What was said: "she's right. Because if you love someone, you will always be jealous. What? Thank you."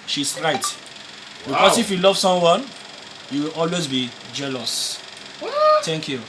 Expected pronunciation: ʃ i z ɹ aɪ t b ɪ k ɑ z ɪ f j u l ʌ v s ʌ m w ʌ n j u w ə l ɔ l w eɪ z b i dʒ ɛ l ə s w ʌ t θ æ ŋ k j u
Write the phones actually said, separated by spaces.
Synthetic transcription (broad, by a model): ʃ i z ɹ aɪ t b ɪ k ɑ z ɪ f j u l ʌ v s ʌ m w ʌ n j u w ə l ɔ l w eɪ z b i dʒ ɛ l ə s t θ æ ŋ k j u